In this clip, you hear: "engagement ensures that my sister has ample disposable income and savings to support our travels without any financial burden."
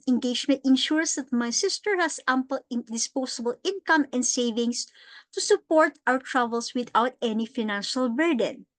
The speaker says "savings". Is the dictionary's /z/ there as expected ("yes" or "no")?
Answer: no